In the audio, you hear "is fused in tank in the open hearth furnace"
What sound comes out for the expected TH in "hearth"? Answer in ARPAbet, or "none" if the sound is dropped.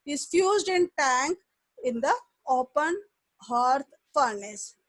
T